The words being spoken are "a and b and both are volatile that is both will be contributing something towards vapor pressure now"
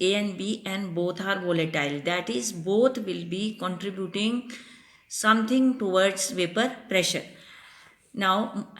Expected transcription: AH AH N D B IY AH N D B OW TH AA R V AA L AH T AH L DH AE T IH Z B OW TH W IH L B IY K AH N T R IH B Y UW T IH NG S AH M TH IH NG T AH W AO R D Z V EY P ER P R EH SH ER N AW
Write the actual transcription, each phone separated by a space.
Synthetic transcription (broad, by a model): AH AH N B IY AH N D B OW T AA R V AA L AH T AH L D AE T IH Z B OW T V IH L B IY K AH N T R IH B Y UW T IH NG S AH M T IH NG T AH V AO R D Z V EY P ER P R EH SH ER N AW